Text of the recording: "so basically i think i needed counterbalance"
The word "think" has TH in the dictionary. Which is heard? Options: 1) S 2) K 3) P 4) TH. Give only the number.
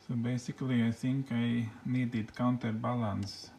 1